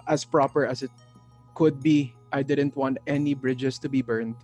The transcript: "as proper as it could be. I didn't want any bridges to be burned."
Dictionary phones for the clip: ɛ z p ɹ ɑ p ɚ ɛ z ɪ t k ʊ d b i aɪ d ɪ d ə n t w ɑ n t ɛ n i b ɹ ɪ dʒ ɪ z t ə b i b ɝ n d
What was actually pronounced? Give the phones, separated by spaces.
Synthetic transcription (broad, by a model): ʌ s p ɹ ɑ p ɚ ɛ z ɪ t k ʊ d b i aɪ d ɪ d ə n t w ɑ n t ɛ n i b ɹ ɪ dʒ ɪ s t ə b i b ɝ n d